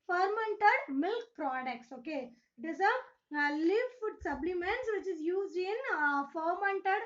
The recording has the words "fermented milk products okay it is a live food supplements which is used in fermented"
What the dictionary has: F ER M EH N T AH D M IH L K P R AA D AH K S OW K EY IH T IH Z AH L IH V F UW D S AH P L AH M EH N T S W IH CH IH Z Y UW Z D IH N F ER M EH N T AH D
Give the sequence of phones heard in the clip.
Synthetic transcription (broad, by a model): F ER M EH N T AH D M IH L K P R AA D AH K S OW K EY IH T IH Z AH L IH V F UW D S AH B L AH M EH N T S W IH CH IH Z Y UW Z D IH N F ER M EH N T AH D